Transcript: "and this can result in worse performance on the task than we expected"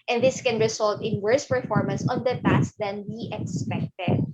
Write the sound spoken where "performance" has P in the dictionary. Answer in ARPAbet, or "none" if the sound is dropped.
P